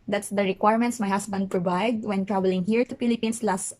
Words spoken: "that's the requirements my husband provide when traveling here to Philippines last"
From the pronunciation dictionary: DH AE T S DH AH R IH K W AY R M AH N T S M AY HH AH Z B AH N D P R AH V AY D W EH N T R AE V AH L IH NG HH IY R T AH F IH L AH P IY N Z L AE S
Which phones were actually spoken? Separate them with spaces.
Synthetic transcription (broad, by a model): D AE T S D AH R IH K W AY R M AH N T S M AY HH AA S B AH N D P R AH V AY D W EH N T R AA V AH L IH NG HH IY R T AH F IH L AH P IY N S L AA S